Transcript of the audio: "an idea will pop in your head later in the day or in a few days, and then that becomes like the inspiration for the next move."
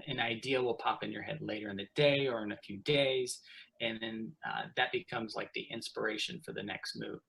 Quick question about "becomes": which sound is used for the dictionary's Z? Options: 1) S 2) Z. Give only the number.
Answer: 2